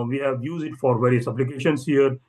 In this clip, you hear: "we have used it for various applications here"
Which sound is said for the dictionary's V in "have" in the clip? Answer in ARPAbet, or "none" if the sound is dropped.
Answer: V